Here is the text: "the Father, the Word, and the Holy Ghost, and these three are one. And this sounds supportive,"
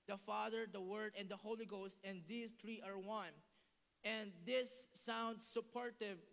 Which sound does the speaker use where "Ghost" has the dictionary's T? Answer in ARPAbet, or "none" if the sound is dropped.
T